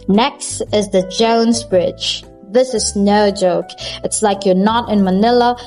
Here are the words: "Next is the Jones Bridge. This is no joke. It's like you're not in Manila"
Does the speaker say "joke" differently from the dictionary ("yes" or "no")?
no